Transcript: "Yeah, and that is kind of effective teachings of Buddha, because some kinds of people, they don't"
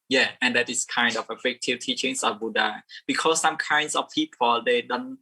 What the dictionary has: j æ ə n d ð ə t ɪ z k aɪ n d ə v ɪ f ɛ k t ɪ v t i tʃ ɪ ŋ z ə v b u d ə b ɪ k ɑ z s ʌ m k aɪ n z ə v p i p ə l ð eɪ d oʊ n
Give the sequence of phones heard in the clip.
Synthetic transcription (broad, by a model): j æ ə n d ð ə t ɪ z k aɪ n d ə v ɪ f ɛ k t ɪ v t i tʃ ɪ ŋ s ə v b u d ə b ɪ k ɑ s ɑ m k aɪ n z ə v p i p ə l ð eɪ d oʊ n